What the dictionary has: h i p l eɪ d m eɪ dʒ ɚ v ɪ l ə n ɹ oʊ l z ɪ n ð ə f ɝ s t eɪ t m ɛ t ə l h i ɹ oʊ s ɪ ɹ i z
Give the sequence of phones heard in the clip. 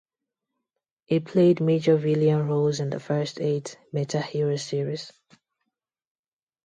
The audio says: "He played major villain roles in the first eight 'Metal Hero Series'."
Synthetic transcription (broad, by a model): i p l eɪ d m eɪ dʒ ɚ v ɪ l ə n ɹ oʊ l z ɪ n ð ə f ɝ s t eɪ t m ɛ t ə h i ɹ oʊ s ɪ ɹ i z